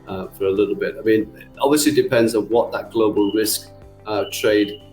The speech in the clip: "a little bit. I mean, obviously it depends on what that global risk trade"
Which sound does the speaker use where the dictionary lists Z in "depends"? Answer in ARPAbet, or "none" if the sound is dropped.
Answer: Z